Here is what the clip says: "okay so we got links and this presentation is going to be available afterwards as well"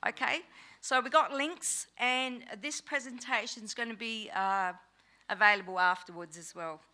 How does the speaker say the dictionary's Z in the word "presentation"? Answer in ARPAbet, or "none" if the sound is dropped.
Z